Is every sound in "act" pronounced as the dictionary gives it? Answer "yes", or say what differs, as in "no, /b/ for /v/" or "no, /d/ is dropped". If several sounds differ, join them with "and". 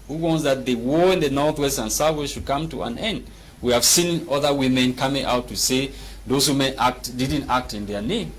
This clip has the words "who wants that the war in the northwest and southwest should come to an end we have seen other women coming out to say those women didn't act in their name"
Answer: yes